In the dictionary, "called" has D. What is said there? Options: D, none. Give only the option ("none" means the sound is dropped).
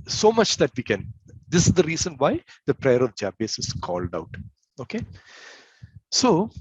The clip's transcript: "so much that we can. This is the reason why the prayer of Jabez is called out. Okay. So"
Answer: D